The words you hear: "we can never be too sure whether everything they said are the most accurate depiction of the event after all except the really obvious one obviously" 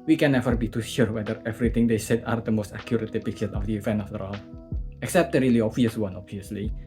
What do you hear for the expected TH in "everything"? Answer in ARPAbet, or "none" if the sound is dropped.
T